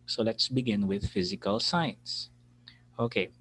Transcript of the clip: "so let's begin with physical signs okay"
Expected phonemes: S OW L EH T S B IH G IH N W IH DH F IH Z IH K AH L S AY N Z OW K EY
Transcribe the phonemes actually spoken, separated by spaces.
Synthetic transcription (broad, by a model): S OW L EH T S B IH G IH N W IH DH F IH Z IH K AH L S AY N S OW K EY